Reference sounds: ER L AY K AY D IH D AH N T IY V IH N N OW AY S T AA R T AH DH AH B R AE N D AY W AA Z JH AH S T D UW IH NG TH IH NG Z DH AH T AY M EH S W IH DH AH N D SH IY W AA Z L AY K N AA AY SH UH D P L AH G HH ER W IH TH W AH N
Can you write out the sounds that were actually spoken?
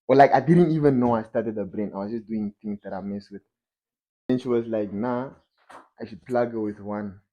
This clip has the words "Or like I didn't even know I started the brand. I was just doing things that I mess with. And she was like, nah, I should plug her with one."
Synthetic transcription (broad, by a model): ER L AY K AY D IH D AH N T IY V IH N N OW AY S T AA T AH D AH B R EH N AY W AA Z JH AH S D UW IH NG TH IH NG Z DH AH T AY M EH S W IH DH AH N SH IY W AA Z L AY K N AA AY SH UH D P L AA G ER W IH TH W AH N